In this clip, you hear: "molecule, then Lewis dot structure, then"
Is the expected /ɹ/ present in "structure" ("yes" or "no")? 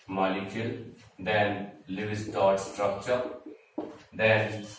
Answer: yes